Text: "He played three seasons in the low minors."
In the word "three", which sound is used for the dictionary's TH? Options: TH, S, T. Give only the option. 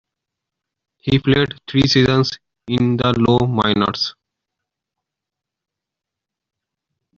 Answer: T